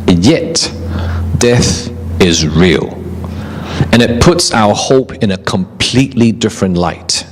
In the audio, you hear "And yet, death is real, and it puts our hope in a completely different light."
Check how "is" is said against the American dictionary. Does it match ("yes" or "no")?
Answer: yes